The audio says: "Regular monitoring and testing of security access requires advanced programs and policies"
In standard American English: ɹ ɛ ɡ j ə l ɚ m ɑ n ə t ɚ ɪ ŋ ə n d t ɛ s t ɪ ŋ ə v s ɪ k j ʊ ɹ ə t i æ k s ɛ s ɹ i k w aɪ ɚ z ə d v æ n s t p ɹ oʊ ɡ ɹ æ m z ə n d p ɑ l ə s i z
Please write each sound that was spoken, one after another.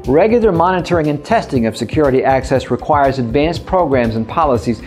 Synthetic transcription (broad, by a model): ɹ ɛ ɡ j l ɚ m ɑ n ə t ɚ ɪ ŋ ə n t ɛ s t ɪ ŋ ə v s ɪ k j ʊ ɹ ə t i æ k s ɛ s ɹ i k w aɪ ɚ z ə d v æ n s p ɹ oʊ ɡ ɹ æ m z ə n p ɑ l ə s i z